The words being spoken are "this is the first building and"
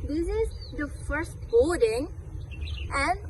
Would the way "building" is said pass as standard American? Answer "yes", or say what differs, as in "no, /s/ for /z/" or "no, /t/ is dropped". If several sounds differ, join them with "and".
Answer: no, /l/ is dropped